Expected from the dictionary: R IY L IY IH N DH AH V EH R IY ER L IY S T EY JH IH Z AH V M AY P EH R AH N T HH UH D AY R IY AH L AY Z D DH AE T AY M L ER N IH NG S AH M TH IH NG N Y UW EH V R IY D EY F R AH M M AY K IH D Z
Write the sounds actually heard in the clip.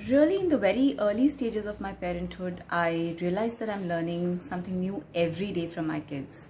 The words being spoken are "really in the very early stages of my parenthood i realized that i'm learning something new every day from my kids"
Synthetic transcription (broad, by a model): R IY L IY IH N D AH V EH R IY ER L IY S T EY JH IH Z AH V M AY P EH R AH N T HH UH D AY R IY AH L AY Z D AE T AY M L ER N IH NG S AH M T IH NG N Y UW EH V R IY D EY F R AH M M AY K IH D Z